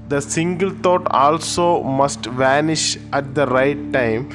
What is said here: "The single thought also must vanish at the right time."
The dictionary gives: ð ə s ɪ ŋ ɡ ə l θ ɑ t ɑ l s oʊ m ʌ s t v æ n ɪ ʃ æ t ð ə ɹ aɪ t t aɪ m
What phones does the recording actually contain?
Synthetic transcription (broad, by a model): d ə s ɪ ŋ ɡ ə l t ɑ t ɑ l s oʊ m ʌ s t v æ n ɪ ʃ æ t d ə ɹ aɪ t t aɪ m